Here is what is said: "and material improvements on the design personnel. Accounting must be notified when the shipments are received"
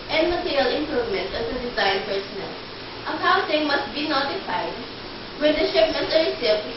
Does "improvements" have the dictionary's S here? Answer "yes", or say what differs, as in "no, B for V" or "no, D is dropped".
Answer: no, S is dropped